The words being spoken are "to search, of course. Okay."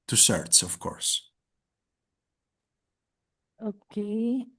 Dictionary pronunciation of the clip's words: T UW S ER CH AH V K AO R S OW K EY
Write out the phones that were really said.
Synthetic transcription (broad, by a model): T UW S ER S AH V K AO R S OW K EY